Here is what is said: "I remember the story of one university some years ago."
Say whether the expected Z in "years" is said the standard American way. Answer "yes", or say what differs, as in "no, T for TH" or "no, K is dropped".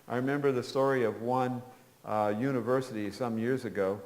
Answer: yes